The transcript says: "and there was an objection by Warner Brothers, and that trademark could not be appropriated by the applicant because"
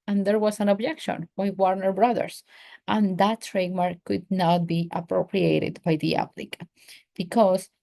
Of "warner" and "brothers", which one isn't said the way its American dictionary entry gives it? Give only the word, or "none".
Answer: brothers